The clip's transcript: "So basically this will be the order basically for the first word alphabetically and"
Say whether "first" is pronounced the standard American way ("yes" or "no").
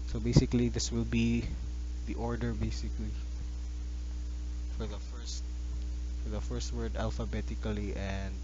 yes